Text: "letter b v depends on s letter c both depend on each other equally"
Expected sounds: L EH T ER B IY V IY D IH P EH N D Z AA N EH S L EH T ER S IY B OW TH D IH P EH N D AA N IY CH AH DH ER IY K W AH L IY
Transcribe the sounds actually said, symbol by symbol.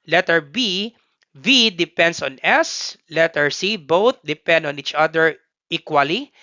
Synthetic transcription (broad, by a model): L EH T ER B IY V IY D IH P EH N D S AA N EH S L EH T ER S IY B OW TH D IH P EH N D AA N IY CH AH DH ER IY K W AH L IY